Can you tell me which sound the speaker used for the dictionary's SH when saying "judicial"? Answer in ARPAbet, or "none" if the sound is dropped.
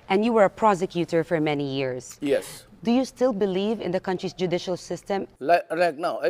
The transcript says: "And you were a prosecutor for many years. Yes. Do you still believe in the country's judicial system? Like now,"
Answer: SH